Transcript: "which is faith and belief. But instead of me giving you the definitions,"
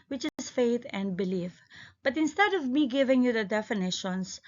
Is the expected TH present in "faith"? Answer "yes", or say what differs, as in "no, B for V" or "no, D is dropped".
no, T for TH